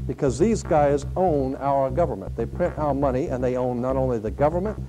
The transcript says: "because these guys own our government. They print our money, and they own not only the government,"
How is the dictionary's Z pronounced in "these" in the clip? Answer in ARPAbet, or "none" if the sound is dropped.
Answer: Z